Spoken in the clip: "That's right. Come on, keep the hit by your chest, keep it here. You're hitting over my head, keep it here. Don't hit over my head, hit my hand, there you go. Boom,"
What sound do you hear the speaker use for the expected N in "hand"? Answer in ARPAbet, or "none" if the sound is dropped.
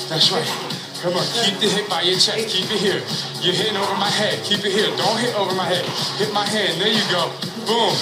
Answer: none